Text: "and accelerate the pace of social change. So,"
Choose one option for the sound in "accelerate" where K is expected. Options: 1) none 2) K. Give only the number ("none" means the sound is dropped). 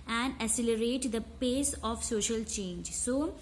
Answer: 1